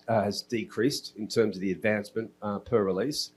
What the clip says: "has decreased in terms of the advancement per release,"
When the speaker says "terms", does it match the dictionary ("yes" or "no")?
yes